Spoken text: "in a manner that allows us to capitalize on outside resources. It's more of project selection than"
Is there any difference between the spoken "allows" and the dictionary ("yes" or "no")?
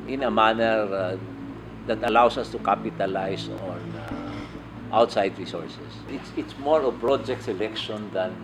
yes